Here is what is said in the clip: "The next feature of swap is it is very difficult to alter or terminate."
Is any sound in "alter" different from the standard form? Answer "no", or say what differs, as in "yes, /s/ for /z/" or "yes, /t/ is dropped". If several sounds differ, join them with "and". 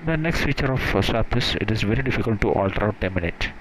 no